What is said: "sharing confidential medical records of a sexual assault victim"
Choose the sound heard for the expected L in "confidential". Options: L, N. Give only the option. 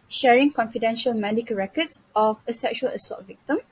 L